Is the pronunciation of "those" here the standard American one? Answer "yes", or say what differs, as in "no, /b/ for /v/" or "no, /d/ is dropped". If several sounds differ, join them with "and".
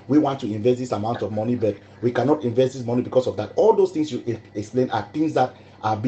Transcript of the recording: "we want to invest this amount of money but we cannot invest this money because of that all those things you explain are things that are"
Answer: no, /s/ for /z/